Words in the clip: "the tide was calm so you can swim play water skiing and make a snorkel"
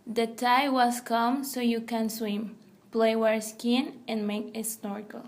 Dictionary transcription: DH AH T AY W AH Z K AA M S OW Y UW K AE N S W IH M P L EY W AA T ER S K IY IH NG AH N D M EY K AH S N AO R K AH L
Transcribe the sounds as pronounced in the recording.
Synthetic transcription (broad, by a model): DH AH T AY W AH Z K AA M S OW Y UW K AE N S W IH M P L EY W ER S K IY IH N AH N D M EY K AH S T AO R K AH L